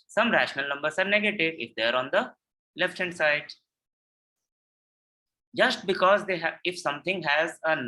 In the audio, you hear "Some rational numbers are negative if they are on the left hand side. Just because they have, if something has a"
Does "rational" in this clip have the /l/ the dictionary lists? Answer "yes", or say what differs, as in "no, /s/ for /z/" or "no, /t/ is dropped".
yes